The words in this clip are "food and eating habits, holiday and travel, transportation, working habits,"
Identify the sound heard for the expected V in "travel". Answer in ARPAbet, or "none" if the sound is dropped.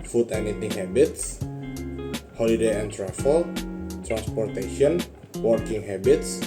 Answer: F